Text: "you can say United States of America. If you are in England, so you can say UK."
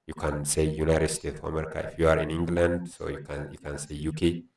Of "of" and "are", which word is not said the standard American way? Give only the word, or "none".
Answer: of